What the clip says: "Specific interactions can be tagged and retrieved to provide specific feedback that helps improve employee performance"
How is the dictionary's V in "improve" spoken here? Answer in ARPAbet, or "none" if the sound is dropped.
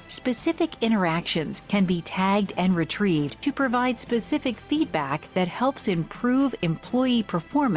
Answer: V